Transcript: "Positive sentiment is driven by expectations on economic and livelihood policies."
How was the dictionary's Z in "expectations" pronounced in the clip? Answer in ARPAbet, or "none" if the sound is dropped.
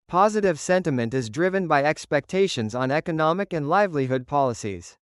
Z